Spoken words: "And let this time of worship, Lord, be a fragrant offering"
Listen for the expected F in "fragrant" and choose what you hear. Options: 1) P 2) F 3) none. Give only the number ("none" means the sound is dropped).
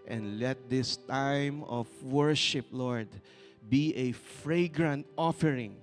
2